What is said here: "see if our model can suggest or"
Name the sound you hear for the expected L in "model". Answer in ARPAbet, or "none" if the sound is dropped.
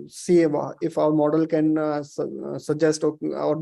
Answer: L